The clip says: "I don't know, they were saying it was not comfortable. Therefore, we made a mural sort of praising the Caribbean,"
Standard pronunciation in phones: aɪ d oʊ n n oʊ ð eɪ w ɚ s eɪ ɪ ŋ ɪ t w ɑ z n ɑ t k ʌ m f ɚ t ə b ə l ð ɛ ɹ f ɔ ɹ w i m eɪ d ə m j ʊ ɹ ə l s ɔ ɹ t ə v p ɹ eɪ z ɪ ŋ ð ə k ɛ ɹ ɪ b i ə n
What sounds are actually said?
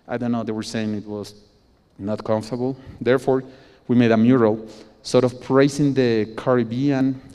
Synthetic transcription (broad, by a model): aɪ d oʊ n n oʊ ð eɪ w ɚ s eɪ ɪ ŋ ɪ t w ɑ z n ɑ t k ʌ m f t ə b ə l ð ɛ ɹ f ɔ ɹ w i m eɪ d ə m j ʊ ɹ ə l s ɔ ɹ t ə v p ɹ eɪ s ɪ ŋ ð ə k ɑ ɹ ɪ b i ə n